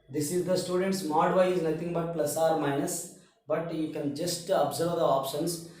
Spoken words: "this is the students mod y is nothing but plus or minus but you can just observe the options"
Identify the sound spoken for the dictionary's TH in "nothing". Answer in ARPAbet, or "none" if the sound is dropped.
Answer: T